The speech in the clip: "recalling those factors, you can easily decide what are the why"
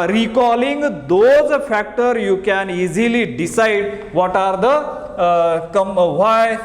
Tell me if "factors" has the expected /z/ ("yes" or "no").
no